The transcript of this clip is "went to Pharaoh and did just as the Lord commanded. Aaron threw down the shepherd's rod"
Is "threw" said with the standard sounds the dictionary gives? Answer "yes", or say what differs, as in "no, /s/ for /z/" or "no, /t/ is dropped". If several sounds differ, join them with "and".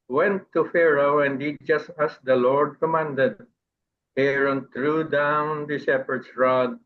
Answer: no, /t/ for /θ/